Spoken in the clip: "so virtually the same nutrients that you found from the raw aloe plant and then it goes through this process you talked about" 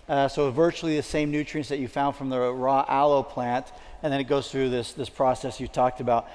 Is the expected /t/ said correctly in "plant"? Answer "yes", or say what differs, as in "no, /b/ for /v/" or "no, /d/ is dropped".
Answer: yes